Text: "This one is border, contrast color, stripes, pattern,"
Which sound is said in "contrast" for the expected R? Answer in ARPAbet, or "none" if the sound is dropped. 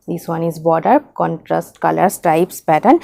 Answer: R